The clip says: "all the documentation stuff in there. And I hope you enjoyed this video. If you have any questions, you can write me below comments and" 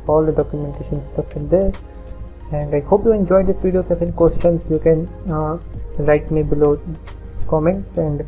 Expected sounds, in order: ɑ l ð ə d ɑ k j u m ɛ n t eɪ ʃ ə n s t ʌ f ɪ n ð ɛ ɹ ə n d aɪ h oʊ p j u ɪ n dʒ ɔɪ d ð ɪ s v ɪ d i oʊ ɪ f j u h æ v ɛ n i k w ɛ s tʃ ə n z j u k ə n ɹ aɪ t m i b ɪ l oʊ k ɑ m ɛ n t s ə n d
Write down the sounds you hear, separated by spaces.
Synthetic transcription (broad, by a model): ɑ l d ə d ɑ k j u m ɛ n t eɪ ʃ ə n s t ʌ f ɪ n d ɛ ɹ ə n d aɪ h oʊ p j u ɪ n dʒ ɔɪ d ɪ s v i d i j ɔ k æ f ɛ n k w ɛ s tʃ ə n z j u k ə n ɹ aɪ t m i b ɪ l oʊ k ɑ m ɛ n t s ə n d